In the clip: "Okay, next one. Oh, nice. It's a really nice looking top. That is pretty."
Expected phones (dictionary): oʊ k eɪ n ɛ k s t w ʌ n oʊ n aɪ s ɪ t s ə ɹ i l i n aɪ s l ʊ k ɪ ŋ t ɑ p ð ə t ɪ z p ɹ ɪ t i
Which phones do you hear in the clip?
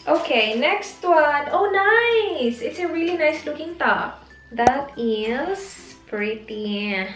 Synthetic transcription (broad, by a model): oʊ k eɪ n ɛ k s t w ʌ n oʊ n aɪ s ɪ t s ə ɹ i l i n aɪ s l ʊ k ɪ ŋ t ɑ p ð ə t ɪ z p ɹ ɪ t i